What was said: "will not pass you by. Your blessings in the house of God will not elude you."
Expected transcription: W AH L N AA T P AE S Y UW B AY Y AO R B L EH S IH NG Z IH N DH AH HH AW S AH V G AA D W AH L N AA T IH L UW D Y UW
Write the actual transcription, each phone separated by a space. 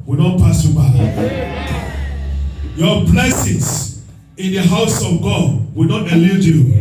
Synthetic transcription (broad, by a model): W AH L N AA T P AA S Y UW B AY Y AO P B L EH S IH Z IH N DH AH HH AW S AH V G AA D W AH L N AA T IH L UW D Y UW